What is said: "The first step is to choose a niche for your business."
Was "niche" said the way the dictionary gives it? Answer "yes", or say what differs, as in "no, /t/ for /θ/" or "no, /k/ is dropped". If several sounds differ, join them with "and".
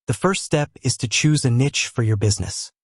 yes